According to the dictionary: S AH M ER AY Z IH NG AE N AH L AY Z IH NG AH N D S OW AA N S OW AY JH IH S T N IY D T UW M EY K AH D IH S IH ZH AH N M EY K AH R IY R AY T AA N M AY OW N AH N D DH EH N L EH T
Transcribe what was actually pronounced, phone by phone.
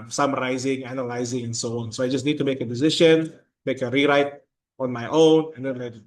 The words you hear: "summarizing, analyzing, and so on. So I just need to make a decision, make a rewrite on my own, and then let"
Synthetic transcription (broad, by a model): S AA M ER AY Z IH NG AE N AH L AY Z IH NG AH N S OW AA N S OW AY JH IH S N IY D T UW M EY K AH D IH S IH SH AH N M EY K AH R IY R AY T AA N M AY OW N AH N D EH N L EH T